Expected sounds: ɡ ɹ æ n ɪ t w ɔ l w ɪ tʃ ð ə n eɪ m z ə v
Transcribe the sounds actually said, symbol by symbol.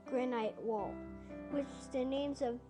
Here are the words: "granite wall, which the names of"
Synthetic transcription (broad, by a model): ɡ ɹ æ n ɪ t w ɔ l w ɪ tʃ ð ə n eɪ m z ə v